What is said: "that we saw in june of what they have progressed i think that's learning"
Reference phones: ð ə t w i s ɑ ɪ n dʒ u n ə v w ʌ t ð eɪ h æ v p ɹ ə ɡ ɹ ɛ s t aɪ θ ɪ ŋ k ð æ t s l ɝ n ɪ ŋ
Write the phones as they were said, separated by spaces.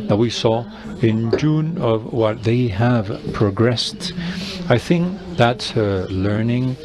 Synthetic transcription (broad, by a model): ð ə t w i s ɑ ɪ n dʒ u n ə v w ʌ t ð eɪ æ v p ɹ ə ɡ ɹ ɛ s t aɪ θ ɪ ŋ k ð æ t s l ɝ n ɪ ŋ